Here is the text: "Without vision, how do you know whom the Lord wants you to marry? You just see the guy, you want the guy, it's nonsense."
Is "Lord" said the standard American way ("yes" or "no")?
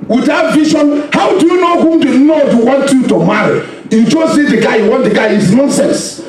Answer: no